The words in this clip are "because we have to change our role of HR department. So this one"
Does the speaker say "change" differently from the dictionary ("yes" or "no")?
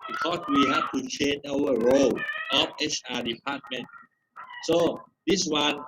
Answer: yes